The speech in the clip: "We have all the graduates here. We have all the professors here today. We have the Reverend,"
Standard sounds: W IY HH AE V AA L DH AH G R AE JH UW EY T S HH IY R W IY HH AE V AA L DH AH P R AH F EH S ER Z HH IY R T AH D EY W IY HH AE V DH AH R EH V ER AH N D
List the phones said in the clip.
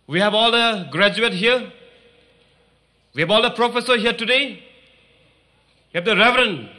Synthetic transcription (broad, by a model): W IY HH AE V AA L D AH G R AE JH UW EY T HH IY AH W IY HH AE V AA L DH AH P R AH F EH S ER HH IY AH T AH D EY W IY HH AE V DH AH R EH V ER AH N